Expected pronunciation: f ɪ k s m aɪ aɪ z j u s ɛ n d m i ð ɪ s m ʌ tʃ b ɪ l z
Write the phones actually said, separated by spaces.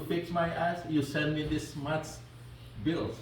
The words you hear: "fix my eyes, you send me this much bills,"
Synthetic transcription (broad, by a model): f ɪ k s m aɪ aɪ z j u s ɛ n d m i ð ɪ s m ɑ s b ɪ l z